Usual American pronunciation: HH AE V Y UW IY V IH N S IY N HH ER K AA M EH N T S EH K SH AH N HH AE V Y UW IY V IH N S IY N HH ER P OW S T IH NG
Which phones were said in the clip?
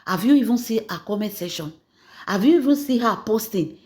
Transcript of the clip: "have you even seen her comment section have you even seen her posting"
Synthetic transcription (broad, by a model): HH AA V Y UW IY V IH N S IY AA K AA M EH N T S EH SH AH N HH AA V Y UW IY V IH N S IY HH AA P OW S T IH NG